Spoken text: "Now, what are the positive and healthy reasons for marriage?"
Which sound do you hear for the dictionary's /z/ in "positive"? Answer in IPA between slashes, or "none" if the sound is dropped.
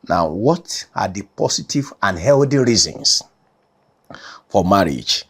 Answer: /s/